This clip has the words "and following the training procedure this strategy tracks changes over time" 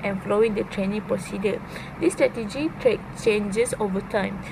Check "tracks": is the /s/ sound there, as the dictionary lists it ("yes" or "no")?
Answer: no